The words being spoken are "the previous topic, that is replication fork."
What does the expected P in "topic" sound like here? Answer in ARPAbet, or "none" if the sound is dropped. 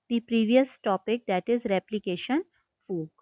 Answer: P